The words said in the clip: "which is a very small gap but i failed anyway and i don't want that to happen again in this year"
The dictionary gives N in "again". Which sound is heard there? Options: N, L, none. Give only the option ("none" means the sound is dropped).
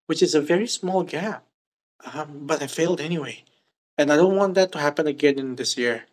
N